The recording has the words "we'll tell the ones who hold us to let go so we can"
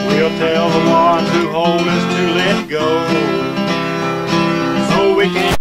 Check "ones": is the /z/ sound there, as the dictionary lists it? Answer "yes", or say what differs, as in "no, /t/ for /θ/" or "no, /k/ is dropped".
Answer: no, /z/ is dropped